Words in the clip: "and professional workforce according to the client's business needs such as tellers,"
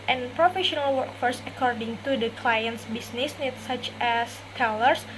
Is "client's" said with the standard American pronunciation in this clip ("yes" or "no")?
yes